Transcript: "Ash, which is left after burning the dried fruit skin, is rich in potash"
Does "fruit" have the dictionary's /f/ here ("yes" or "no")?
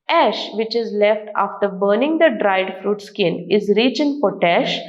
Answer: yes